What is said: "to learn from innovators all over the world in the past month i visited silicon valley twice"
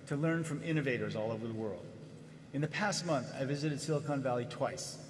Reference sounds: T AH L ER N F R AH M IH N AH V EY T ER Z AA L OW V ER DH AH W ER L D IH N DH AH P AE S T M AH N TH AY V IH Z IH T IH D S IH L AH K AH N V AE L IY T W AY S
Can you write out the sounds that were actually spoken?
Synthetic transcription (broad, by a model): T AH L ER N F R AH M IH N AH V EY T ER Z AA L OW V ER DH AH W ER L D IH N DH AH P AE S T M AH N TH AY V IH Z IH T IH D S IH L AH K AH N V AE L IY T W AY S